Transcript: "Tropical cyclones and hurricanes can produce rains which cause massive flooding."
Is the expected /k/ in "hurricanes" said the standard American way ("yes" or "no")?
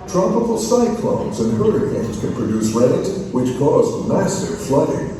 no